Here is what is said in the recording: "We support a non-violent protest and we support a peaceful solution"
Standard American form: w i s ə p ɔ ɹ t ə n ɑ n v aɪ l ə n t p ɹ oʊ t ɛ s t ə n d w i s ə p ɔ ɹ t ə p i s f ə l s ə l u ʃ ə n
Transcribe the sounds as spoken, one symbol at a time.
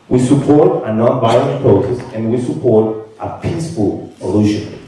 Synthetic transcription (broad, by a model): w i s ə p ɔ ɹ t ə n ɑ n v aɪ ə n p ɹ oʊ s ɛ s ə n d w i s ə p ɔ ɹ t ə p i s p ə l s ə l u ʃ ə n